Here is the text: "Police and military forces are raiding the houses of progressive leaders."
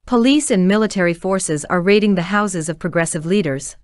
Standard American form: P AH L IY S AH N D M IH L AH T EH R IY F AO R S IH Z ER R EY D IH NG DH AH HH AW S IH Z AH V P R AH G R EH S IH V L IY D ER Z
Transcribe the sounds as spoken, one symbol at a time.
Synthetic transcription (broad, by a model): P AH L IY S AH N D M IH L AH T EH R IY F AO R S IH Z ER R EY D IH NG DH AH HH AW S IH Z AH V P R AH G R EH S IH V L IY D ER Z